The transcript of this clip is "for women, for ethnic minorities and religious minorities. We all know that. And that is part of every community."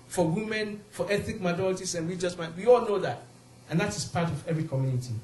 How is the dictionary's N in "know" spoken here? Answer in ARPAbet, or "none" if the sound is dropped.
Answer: N